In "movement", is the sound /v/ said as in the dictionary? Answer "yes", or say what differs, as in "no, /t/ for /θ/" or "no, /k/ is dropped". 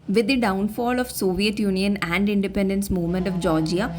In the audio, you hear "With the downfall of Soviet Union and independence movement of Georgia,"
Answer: yes